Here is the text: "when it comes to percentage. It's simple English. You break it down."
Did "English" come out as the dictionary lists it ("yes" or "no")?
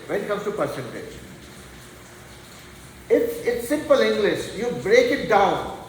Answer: yes